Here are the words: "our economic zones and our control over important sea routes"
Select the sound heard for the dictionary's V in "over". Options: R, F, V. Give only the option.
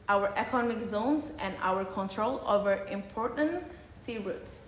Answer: V